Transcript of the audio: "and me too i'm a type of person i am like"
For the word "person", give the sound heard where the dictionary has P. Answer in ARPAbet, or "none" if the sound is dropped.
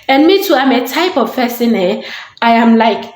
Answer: F